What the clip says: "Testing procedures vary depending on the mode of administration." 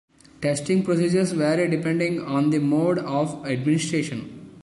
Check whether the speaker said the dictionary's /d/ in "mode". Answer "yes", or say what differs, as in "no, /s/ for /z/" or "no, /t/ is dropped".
yes